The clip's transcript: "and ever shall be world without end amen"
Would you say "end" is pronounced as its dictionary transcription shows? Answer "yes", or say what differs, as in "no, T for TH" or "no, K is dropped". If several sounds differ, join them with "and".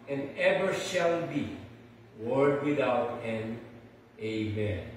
no, D is dropped